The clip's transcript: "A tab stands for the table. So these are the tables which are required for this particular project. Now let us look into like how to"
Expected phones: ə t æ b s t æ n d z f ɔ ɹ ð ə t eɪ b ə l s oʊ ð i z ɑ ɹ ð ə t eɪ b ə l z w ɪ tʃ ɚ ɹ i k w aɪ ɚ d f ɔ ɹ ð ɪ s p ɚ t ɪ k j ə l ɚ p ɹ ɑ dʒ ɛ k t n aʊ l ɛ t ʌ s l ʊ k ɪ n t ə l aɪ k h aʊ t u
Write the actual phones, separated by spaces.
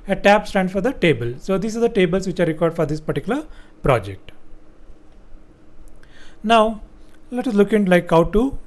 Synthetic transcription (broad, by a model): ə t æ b s t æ n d f ɔ ɹ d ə t eɪ b ə l s oʊ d i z ɑ ɹ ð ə t eɪ b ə l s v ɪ tʃ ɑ ɹ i k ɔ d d f ɔ ɹ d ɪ s p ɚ t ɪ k j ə l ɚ p ɹ ɑ dʒ ɛ k t n aʊ l ɛ t ʌ s l ʊ k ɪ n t l aɪ k h aʊ t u